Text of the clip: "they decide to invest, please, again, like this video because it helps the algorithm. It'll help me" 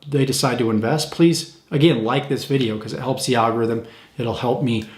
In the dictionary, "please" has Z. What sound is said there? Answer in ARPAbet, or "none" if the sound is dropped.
Z